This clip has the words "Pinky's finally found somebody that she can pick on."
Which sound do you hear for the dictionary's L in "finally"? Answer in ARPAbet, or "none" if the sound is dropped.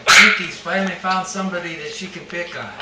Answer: N